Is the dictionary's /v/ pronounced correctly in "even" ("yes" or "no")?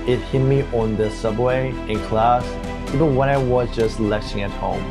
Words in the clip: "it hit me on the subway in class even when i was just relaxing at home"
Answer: no